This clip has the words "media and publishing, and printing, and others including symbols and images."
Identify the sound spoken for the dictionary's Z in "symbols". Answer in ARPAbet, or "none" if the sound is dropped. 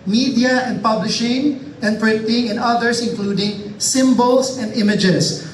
S